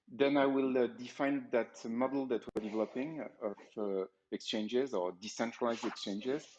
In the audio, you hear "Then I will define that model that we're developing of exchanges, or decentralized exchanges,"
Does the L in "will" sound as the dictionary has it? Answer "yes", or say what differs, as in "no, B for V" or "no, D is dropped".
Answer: yes